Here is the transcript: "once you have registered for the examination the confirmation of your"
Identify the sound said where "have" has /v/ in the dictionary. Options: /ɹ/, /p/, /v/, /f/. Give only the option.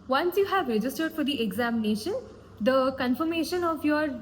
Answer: /v/